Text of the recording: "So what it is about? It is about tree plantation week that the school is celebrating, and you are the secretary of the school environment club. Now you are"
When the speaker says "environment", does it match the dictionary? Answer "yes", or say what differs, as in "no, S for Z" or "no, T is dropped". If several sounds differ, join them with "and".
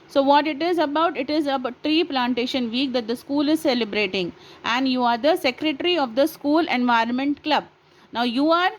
yes